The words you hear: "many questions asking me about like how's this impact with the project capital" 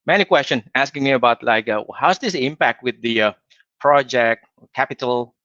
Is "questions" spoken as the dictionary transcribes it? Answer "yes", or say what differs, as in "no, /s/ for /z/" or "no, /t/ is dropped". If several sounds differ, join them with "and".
no, /z/ is dropped